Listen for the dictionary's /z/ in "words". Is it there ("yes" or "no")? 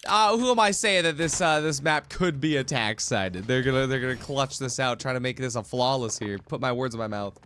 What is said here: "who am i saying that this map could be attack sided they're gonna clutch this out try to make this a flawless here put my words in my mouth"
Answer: yes